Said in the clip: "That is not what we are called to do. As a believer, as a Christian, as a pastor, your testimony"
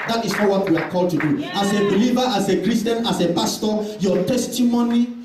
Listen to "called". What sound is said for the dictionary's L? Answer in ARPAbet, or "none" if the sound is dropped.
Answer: L